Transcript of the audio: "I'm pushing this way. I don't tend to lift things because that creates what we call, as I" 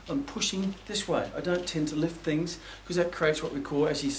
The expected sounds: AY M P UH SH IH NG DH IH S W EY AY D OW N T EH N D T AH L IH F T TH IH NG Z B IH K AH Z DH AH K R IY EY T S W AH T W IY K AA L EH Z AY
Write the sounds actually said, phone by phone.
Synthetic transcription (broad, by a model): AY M P UH SH IH NG DH IH S W EY AY D OW N T EH N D T AH L IH F T TH IH NG Z K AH Z DH AH K R IY EY T S W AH T W IY K AA L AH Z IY